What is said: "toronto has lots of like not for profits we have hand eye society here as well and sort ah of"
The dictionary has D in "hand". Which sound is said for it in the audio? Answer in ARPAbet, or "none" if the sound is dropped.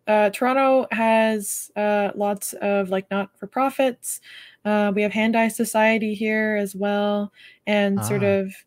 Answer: D